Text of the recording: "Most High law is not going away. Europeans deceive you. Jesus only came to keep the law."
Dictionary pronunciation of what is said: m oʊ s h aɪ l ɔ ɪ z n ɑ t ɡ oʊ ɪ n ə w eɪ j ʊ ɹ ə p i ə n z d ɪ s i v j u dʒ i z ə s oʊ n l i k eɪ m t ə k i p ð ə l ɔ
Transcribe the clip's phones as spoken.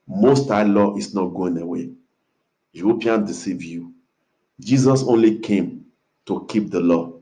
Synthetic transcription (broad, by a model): m oʊ s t aɪ l ɔ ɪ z n ɑ t ɡ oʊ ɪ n ə w eɪ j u ə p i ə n d ɪ s i v j u dʒ i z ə s oʊ n l i k eɪ m t ə k i p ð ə l ɔ